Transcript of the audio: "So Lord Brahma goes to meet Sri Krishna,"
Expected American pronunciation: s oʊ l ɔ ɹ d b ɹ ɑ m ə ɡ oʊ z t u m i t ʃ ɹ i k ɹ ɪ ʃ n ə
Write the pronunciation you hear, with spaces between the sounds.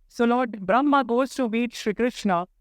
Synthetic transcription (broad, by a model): s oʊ l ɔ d b ɹ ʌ m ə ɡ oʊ s t u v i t ʃ ɹ i k ɹ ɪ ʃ n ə